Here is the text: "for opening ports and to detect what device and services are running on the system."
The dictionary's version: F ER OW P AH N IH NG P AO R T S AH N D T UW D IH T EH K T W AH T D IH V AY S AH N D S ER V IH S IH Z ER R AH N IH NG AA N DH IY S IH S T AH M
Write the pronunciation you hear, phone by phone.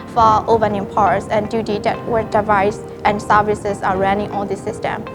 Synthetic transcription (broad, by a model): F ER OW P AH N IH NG P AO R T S AH N D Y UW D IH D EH T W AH D IH V AY S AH N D S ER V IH S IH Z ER R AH N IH NG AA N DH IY S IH S T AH M